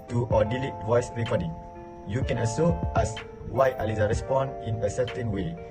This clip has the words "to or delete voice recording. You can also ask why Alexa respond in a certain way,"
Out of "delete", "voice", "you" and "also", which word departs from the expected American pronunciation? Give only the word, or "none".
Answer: also